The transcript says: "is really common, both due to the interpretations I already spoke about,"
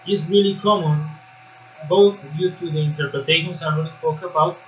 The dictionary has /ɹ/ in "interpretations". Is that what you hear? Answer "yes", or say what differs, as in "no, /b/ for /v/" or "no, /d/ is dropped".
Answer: no, /ɹ/ is dropped